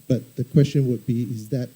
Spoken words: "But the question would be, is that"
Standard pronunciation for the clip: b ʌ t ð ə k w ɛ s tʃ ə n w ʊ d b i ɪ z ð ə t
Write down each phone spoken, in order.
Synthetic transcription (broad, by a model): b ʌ t ð ə k w ɛ s tʃ ə n w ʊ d b i ɪ z ð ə t